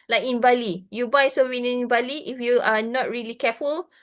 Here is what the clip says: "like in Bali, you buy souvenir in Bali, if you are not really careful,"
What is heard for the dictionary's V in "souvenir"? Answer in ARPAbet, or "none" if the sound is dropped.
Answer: W